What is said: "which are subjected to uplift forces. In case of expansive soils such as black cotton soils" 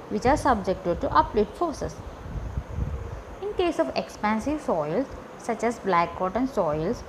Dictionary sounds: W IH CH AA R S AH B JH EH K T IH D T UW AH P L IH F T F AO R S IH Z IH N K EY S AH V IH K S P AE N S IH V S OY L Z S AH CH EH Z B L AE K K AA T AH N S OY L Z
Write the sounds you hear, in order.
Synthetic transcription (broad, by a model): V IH CH AA R S AH B JH EH K T IH D T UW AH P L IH T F AO R S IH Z IH N K EY S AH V IH K S P AE N S IH V S OY L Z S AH CH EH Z B L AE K K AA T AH N S OY L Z